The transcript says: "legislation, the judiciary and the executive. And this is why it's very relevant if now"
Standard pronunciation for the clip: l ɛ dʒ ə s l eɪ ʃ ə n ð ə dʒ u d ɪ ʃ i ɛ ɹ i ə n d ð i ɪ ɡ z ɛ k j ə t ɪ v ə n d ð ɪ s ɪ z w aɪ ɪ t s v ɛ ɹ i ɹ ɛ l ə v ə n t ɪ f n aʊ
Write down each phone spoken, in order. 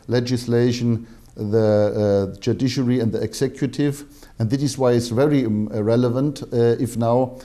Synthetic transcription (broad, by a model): l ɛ dʒ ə s l eɪ ʃ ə n ð ə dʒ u d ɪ ʃ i ɹ i ə n d ð i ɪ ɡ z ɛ k j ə t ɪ v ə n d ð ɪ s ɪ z w aɪ ɪ t s v ɛ ɹ i ɹ ɛ l ə v ə n t ɪ f n aʊ